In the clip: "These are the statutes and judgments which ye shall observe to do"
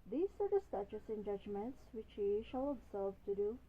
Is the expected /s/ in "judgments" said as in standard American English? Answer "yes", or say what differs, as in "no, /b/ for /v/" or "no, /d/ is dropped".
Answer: yes